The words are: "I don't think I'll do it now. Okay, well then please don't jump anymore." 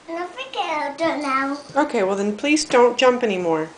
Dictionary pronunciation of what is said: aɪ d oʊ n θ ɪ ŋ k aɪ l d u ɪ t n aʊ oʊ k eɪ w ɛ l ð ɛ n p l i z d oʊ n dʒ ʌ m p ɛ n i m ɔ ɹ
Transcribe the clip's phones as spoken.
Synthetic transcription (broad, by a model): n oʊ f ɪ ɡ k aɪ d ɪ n n aʊ oʊ k eɪ w ɛ l ð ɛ n p l i z d oʊ n dʒ ʌ m p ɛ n i m ɔ ɹ